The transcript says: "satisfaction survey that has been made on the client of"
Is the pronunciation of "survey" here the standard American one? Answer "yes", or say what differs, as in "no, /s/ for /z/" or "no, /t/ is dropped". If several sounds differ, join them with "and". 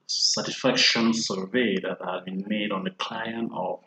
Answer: yes